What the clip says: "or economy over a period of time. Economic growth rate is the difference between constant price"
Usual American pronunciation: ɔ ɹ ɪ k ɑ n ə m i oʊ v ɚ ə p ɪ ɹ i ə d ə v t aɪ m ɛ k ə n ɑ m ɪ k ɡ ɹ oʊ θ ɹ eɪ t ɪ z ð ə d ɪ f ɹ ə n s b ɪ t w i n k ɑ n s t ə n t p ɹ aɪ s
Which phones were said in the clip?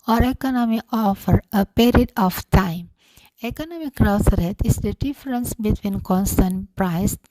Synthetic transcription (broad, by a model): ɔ ɹ ɪ k ɑ n ə m i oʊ f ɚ ə p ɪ ɹ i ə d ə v t aɪ m ɛ k ə n ɑ m ɪ k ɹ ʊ s ɹ eɪ t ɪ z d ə d ɪ f ɹ ə n s b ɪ t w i n k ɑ n s t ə n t p ɹ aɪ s